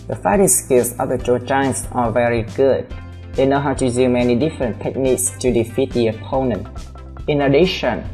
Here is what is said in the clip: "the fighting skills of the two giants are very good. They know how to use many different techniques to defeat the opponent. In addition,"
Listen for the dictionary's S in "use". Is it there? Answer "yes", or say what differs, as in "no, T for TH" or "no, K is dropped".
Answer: no, S is dropped